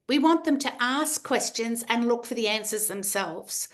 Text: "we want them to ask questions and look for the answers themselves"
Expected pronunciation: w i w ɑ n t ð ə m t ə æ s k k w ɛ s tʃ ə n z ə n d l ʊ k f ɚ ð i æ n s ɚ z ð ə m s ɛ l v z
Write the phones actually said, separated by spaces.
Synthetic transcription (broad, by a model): w i w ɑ n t ð ə m t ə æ s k k w ɛ s tʃ ə n z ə n l ʊ k f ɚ ð i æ n s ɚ z ð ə m s ɛ l v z